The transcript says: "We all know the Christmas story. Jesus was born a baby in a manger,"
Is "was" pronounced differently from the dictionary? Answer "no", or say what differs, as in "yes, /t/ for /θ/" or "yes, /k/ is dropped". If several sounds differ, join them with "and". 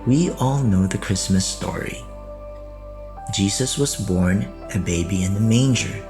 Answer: no